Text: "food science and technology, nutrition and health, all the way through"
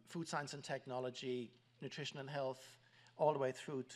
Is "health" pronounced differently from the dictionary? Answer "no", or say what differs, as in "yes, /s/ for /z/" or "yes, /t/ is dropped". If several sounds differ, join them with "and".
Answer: no